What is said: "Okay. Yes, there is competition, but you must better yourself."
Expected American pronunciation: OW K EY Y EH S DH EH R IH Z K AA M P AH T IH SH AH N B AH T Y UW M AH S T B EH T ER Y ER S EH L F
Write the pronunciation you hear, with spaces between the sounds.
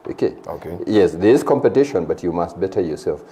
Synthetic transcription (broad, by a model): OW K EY Y EH S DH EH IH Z K AA M P AH T IH SH AH N B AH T Y UW M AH S T B EH T ER Y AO S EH L F